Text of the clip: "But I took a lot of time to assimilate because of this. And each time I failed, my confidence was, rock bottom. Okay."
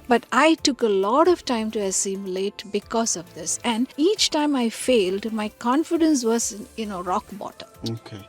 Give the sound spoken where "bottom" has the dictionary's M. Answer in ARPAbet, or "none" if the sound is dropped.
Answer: none